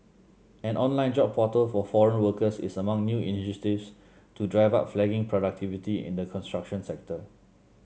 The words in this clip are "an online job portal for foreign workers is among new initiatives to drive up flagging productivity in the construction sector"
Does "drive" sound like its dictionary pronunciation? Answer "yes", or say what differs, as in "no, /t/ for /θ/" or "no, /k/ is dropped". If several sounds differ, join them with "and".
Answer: yes